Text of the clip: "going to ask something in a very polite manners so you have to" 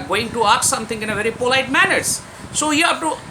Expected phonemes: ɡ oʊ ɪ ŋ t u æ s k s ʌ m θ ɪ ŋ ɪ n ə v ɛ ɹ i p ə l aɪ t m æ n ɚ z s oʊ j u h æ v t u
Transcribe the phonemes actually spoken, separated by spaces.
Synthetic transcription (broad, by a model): ɡ oʊ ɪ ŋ t u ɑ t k s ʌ m t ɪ ŋ ɪ n ə v ɛ ɹ i p ə l aɪ t m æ n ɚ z s oʊ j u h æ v t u